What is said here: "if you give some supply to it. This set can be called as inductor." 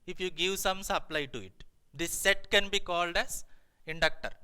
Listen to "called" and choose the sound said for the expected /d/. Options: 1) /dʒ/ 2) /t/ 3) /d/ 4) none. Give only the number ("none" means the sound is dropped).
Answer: 3